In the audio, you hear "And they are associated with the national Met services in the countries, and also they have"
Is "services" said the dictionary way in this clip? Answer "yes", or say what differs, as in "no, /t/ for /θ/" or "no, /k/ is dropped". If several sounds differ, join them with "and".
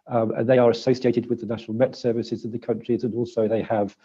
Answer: yes